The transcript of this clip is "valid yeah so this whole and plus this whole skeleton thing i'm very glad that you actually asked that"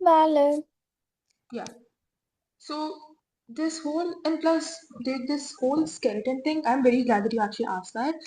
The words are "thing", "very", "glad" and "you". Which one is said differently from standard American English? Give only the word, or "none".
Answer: thing